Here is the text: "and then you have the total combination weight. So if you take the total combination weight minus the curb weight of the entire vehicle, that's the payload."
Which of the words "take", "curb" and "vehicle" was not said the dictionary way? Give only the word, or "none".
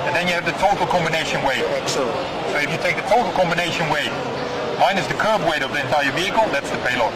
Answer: none